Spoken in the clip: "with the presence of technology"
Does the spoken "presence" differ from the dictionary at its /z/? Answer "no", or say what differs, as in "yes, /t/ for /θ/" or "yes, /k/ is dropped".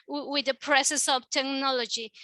yes, /s/ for /z/